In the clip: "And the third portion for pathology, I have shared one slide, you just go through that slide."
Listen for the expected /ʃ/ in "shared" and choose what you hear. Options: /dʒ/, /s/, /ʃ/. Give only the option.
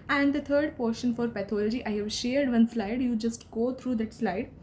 /ʃ/